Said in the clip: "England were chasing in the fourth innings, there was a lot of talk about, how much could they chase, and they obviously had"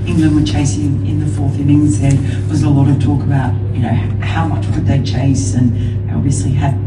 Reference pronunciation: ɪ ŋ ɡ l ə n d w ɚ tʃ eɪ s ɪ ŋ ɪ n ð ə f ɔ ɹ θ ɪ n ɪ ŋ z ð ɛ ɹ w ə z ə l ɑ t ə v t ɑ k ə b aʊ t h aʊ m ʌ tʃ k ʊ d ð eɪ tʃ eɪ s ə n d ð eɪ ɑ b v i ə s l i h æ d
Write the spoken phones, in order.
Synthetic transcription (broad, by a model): ɪ ŋ ɡ l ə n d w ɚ tʃ eɪ s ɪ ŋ ɪ n ð ə f ɔ ɹ θ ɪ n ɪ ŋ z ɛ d w ə z ə l ɑ t ə v t ɑ k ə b aʊ t h aʊ m ʌ tʃ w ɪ d ð eɪ tʃ eɪ s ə n ɑ b v i ə s l i h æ